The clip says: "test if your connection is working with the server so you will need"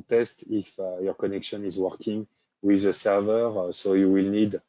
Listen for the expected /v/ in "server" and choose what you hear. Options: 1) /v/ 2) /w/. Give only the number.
1